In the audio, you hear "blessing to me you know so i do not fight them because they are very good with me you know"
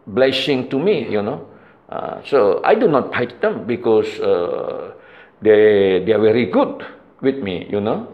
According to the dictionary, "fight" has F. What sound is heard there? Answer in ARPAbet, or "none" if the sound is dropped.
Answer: P